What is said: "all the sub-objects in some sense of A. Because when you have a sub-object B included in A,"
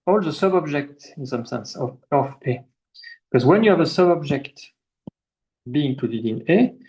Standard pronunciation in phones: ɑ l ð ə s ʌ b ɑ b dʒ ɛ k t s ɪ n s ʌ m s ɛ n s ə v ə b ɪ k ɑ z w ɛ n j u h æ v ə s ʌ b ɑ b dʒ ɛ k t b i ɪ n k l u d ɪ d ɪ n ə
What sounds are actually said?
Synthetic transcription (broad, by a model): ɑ l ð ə s ʌ b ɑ b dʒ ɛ k t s ɪ n s ʌ m s ɛ n s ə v ə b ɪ k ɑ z w ɛ n j u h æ v ə s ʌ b ɑ b dʒ ɛ k t b i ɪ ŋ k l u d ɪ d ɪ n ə